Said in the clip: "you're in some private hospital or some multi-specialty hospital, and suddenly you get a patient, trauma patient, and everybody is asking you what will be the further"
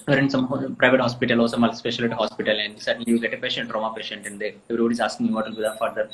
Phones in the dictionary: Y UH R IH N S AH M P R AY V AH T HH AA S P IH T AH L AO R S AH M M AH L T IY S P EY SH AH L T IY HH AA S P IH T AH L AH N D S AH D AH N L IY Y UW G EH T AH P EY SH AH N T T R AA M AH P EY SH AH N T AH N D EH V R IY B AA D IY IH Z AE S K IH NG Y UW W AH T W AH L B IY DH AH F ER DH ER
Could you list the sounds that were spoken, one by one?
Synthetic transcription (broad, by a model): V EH R IH N S AH M P R AY V AH T HH AA S P IH T AH L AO L S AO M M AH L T S P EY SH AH L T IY HH AA S P IH T AH L AH N D S AH D AH N L IY Y UW G EH T AH P EY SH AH N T T R AA M AH P EY SH AH N T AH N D EH V R IY B AA D IY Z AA S K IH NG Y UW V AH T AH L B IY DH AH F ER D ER